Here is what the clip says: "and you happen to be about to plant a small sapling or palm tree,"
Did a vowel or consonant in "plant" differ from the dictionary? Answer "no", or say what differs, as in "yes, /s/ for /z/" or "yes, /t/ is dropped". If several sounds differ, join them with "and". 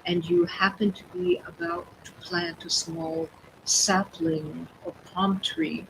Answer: no